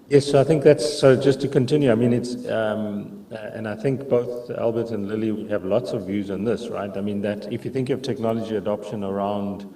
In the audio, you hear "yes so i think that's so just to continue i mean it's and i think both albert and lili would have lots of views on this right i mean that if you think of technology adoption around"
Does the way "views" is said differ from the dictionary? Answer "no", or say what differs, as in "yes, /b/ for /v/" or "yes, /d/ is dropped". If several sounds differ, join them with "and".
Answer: no